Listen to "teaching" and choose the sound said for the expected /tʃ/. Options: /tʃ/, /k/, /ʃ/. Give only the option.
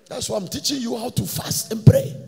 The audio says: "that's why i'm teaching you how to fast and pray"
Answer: /tʃ/